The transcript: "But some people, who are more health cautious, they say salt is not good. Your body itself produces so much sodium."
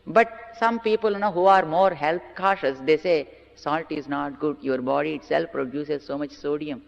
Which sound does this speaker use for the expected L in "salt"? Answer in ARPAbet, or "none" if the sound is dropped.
L